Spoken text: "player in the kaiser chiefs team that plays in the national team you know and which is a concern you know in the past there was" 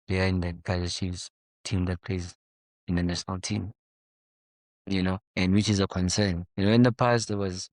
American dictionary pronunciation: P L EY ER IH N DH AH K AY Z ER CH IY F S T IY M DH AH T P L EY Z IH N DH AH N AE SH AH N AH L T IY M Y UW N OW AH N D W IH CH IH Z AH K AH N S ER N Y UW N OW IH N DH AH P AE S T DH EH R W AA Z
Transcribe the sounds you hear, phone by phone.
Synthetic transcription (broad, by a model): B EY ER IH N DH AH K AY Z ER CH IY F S T IY M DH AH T P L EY S IH N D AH N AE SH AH N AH L T IY M Y UW N OW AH N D W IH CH IH Z AH K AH N S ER N Y UW N OW IH N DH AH P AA S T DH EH W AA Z